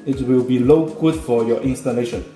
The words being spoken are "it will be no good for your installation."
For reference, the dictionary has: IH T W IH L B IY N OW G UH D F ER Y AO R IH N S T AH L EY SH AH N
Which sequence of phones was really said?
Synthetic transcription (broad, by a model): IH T W IH L B IY L OW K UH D F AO Y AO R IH N S T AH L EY SH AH N